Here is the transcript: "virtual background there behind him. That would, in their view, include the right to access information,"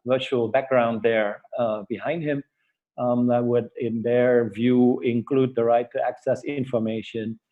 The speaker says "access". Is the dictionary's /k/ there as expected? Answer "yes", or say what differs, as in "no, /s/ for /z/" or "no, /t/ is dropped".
yes